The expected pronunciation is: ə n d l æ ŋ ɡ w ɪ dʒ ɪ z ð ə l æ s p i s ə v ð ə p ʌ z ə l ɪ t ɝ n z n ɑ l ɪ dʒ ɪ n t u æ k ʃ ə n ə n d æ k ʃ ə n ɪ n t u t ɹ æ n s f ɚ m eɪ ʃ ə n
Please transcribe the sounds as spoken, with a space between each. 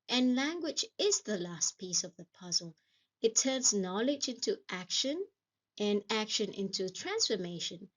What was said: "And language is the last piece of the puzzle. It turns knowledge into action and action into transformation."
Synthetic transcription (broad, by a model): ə n l æ ŋ ɡ w ɪ dʒ ɪ z ð ə l æ s p i s ə v ð ə p ʌ z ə l ɪ t ɝ n z n ɑ l ɪ dʒ ɪ n t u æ k ʃ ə n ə n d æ k ʃ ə n ɪ n t u t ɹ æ n s f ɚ m eɪ ʃ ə n